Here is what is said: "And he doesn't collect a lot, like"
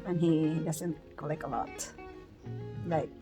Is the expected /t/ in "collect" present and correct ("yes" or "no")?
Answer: no